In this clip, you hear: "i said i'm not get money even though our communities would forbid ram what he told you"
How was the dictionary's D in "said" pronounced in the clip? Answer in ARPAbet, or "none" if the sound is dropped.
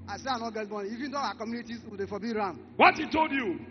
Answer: none